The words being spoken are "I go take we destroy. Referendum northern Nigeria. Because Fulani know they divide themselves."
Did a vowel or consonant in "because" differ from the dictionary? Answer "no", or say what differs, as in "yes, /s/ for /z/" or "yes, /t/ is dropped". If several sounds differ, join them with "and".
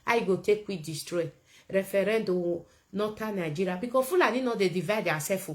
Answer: yes, /z/ is dropped